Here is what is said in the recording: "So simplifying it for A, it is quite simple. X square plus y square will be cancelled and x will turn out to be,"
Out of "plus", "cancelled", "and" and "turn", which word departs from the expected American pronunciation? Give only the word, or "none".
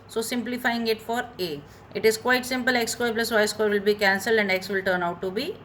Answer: none